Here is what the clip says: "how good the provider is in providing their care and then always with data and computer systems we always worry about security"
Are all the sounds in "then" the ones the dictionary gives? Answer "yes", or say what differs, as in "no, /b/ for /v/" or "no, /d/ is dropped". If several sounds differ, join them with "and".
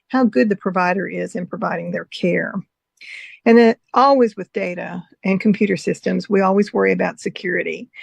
no, /n/ is dropped